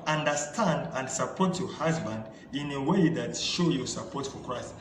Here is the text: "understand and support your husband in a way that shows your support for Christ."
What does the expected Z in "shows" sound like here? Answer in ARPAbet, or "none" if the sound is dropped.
none